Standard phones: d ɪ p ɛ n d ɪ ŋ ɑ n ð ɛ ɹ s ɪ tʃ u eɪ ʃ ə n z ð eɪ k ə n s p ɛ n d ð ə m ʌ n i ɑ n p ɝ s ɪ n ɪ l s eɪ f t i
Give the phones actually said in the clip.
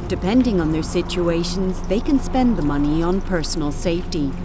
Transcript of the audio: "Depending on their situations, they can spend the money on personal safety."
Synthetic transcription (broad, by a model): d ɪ p ɛ n d ɪ ŋ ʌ n ð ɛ ɹ s ɪ tʃ u eɪ ʃ ə n z ð eɪ k ə n s p ɛ n ð ə m ʌ n i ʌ n p ɝ s n l s eɪ f t i